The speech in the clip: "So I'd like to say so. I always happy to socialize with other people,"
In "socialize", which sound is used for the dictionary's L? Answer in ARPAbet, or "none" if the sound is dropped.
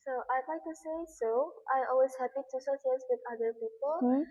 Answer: none